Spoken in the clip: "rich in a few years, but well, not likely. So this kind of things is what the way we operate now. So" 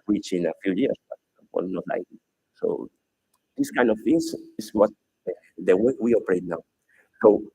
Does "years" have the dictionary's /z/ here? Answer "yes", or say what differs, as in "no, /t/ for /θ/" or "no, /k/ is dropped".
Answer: no, /s/ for /z/